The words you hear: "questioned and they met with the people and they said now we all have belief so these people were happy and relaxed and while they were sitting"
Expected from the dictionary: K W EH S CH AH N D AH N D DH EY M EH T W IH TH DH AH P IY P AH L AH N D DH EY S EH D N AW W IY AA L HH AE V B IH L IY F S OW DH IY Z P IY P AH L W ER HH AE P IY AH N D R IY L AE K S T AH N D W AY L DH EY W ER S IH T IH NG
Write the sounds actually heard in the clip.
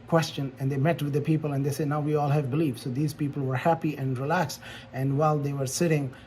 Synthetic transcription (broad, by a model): K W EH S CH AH N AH N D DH EY M EH T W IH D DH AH P IY P AH L AH N D EY S EH D N AW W IY AA L HH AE V B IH L IY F S OW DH IY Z P IY P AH L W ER HH AE P IY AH N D R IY L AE K S AH N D W AY L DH EY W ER S IH T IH NG